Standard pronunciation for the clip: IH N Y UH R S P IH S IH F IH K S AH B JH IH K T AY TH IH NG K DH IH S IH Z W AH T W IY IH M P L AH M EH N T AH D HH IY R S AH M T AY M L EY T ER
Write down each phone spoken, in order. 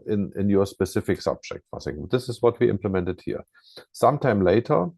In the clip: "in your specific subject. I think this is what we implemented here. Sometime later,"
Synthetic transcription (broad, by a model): IH N Y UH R S P IH S IH F IH K S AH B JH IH K T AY S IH NG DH IH S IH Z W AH T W IY IH M P L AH M EH N T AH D HH IY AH S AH M T AY M L EY T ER